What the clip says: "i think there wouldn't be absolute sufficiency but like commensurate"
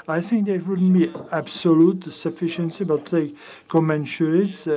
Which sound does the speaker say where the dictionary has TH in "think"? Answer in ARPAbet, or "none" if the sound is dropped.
TH